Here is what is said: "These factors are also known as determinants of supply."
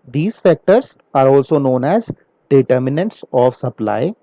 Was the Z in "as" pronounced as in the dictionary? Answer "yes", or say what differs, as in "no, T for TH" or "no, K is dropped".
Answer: yes